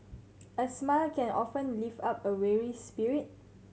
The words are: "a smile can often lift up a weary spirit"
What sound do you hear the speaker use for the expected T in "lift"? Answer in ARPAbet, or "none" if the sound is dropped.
none